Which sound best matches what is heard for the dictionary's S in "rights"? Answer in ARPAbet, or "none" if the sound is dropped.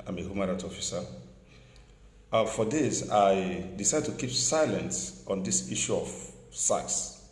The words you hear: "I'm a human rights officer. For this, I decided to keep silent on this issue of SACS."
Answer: none